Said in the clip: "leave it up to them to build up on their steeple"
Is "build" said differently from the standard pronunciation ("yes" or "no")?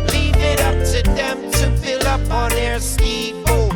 yes